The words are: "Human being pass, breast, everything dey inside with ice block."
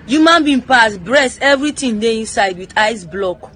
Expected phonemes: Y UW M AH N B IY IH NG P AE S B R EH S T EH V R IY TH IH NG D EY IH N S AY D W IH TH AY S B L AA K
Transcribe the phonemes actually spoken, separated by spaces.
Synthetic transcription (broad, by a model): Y UW M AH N B IY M P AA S B R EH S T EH V R IY T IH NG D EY IH N S AY D W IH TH AY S B L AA K